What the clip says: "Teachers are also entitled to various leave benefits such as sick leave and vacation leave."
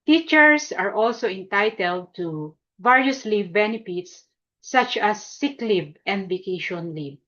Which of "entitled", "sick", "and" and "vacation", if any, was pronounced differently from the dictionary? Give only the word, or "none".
none